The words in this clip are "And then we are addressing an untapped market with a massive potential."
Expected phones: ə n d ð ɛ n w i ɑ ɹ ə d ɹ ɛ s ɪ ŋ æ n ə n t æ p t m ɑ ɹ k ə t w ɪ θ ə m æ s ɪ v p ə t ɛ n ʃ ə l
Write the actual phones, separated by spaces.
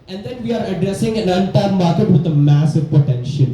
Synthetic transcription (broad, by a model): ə n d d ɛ n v i ɑ ɹ ə d ɹ ɛ s ɪ ŋ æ n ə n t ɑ t m ɑ ɹ k ə t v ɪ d ə m æ s ɪ v p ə t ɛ n ʃ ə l